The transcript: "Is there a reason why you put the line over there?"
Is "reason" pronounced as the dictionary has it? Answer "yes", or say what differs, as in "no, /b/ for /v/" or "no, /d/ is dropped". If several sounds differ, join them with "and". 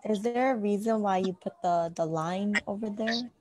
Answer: yes